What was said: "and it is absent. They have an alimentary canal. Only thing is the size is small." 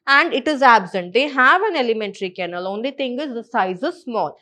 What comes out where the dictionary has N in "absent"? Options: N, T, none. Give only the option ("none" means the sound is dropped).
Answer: N